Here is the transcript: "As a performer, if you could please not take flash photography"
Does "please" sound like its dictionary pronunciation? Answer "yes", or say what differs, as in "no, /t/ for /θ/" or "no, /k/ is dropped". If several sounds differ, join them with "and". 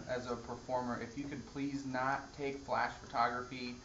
yes